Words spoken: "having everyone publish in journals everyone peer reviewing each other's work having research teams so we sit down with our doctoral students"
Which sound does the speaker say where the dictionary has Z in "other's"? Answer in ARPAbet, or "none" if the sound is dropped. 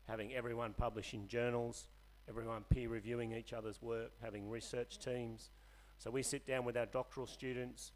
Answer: Z